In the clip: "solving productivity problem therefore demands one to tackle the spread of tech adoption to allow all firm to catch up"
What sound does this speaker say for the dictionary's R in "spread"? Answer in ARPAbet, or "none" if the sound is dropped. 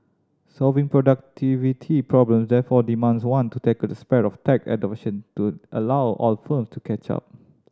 none